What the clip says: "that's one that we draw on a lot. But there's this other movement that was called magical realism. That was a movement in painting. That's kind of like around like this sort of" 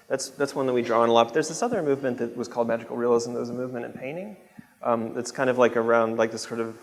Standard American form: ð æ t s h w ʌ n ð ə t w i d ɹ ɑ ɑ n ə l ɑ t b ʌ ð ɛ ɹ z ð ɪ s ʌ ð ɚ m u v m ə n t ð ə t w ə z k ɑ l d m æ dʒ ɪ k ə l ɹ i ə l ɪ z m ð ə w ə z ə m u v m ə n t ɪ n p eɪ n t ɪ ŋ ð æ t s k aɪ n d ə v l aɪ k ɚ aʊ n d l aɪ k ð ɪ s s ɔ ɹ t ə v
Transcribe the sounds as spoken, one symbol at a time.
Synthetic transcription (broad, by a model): ð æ t s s w ʌ n ð ə t w i d ɹ ɑ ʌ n ə l ɑ t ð ʌ ɹ z ð ɪ s ʌ ð ɚ m u v m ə n ð ə t w ə z k ɑ l d m æ dʒ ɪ k l ɹ i ə l ɪ z m ð ə w ə z ə m u v m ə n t ɪ n p eɪ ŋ t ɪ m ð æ t s k aɪ n d ə v l aɪ k ɚ aʊ n d l aɪ k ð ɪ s s ɔ ɹ t ə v